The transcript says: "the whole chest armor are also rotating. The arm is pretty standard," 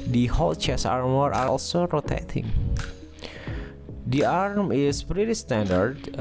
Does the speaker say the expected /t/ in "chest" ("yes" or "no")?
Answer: no